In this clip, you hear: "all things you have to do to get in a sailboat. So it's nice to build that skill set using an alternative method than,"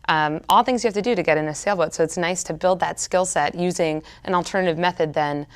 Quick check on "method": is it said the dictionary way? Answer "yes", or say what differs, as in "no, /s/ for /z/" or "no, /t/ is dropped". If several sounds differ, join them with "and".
yes